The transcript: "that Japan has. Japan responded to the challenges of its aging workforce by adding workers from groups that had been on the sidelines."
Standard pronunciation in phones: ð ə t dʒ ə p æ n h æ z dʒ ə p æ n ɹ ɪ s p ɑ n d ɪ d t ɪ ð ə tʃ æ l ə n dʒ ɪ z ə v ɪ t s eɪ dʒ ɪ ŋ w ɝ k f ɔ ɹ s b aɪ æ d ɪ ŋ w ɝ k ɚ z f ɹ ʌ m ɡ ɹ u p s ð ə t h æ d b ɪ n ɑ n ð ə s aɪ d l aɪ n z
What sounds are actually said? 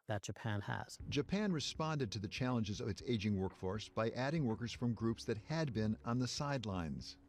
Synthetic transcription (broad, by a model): ð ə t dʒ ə p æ n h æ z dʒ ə p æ n ɹ ɪ s p ɑ n d ɪ d t ɪ ð ə tʃ æ l ə n dʒ ɪ z ə v ɪ t s eɪ dʒ ɪ ŋ w ɝ k f ɔ ɹ s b aɪ æ d ɪ ŋ w ɝ k ɚ z f ɹ ʌ m ɡ ɹ u p s ð ə t h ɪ d b ɪ n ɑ n ð ə s aɪ d l aɪ n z